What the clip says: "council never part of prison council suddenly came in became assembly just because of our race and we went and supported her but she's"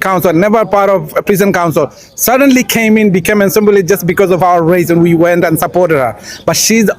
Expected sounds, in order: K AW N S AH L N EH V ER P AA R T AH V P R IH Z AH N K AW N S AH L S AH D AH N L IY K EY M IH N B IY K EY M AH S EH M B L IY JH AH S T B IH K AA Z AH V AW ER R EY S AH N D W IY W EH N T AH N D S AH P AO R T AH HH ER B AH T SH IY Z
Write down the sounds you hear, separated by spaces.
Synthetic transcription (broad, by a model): K AW N S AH L N EH V ER P AA R T AH V P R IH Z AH N K AW N S AH L S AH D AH N L IY K EY M IH N B IY K EY M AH S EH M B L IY JH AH S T B IH K AA Z AH V AW ER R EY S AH N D W IY W EH N T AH N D S AH P AO R T AH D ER B AH T SH IY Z